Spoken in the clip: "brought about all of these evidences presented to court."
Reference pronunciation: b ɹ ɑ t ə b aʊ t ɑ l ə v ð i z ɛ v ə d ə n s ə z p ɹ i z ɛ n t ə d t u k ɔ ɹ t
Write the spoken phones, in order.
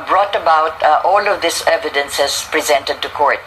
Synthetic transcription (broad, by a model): b ɹ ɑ t ə b aʊ t ɑ l ə v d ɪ s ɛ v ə d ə n s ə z p ɹ i z ɛ n t ə d t u k ɔ ɹ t